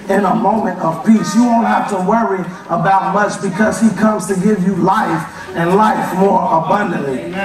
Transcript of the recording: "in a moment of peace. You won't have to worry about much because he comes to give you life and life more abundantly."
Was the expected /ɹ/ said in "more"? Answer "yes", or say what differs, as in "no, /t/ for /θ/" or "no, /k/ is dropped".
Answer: yes